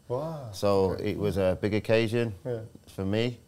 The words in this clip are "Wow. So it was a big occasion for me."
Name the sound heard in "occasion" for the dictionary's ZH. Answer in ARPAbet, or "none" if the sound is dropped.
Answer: ZH